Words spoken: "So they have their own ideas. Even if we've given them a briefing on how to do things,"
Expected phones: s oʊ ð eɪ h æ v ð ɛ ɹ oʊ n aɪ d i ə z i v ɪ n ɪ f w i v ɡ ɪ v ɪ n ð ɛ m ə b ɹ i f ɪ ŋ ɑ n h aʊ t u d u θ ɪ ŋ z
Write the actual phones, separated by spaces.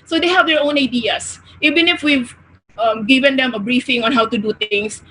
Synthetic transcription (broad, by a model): s oʊ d eɪ h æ v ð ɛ ɹ oʊ n aɪ d i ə s i v ɪ n ɪ f w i v ɡ ɪ v ɪ n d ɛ m ə b ɹ i f ɪ ŋ ɑ n h aʊ t u d u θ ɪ ŋ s